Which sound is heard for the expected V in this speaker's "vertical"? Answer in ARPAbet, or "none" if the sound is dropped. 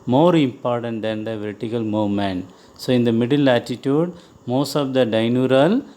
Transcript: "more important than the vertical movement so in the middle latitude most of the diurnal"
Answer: V